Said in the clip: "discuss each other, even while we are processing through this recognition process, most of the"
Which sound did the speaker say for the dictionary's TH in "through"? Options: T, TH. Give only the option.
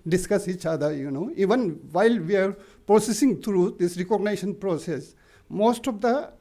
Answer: T